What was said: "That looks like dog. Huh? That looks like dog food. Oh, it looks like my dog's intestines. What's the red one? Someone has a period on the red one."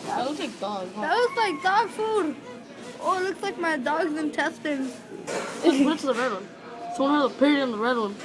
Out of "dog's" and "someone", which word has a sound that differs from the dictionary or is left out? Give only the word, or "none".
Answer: someone